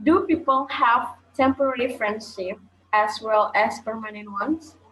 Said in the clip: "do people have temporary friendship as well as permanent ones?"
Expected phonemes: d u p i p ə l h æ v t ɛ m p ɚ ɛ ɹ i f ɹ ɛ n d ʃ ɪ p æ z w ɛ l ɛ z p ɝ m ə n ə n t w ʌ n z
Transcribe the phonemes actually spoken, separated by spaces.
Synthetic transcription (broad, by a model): d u p i p ə l h æ v t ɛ m p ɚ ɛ l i f ɹ ɛ n d ʃ ɪ p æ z w ɛ l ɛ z p ɝ m ə n ə n t w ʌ n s